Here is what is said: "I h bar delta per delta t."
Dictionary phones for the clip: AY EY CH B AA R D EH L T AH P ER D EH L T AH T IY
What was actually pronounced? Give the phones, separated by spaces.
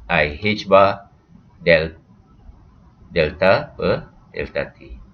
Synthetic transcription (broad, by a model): AY EY CH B AA L D EH L T AH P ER D EH L T AH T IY